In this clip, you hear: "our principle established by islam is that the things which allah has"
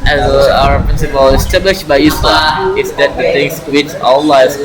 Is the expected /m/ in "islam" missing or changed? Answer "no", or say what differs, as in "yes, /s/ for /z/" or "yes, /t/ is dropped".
yes, /m/ is dropped